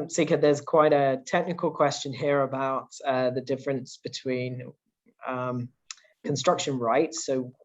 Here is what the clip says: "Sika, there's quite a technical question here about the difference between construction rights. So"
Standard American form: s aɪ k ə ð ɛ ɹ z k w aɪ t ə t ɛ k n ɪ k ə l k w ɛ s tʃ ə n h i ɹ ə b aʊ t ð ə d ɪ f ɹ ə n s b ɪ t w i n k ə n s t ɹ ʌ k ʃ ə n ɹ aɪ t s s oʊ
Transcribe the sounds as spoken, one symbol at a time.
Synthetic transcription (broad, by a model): s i k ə ð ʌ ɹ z k w aɪ t ə t ɛ k n ɪ k ə l k w ɛ s tʃ ə n h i ɹ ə b aʊ t ð ə d ɪ f ɹ ə n s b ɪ t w i n k ə n s t ɹ ʌ k ʃ ə n ɹ aɪ t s s oʊ